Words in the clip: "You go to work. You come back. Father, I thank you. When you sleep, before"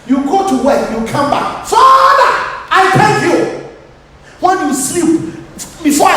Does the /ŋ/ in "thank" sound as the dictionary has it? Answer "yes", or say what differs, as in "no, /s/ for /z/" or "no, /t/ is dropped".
no, /ŋ/ is dropped